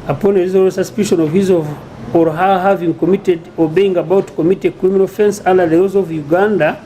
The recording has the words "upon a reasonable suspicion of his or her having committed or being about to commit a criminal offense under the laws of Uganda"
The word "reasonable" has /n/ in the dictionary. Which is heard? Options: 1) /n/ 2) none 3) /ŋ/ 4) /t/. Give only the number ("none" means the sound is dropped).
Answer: 2